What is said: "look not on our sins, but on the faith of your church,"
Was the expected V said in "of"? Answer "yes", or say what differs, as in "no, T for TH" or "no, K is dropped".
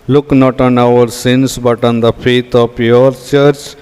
no, P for V